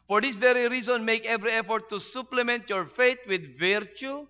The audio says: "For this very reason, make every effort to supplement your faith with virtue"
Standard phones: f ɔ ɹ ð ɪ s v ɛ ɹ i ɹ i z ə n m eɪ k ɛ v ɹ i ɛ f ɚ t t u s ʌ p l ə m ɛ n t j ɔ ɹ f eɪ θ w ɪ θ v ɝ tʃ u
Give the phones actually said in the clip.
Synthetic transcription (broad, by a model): f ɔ ɹ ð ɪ s v ɛ ɹ i ɹ i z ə n m eɪ k ɛ v ɹ i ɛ f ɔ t t u s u p l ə m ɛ n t j ɔ ɹ f eɪ t w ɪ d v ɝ tʃ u